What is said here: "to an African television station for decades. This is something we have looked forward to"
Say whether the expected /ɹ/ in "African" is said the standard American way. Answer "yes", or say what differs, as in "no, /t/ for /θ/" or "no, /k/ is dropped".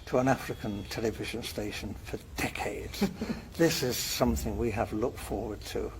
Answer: yes